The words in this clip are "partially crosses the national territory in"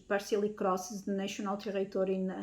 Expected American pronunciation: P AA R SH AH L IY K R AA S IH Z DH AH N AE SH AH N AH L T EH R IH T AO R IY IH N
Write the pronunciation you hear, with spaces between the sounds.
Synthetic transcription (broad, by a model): P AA R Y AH L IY K R AA S IH Z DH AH N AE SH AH N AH L T EH R IH T AO R IY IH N